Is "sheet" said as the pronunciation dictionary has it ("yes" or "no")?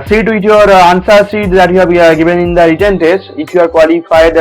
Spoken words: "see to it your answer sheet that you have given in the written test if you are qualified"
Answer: no